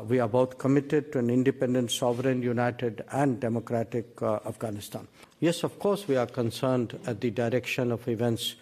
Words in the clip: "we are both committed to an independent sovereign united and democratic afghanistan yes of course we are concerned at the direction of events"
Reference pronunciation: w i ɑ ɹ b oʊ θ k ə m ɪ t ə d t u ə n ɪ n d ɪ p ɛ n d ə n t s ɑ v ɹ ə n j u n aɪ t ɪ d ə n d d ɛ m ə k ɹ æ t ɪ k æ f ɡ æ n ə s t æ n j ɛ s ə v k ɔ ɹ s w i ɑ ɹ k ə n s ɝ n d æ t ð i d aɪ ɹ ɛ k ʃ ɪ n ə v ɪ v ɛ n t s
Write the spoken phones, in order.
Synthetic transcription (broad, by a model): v i ɑ ɹ b oʊ t k ə m ɪ t ə d t u ə n ɪ n d ɪ p ɛ n d ə n t s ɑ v ɹ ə n j u n aɪ t ɪ d ə n d d ɛ m ə k ɹ æ t ɪ k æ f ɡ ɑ n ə s t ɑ n j ɛ s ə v k ɔ ɹ s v i ɑ ɹ k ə n s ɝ n d æ t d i d aɪ ɹ ɛ k ʃ ɪ n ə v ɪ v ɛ n t s